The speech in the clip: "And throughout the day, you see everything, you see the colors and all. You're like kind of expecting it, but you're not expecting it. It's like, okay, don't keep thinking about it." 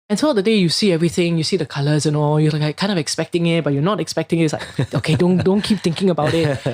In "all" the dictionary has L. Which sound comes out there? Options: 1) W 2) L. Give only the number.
2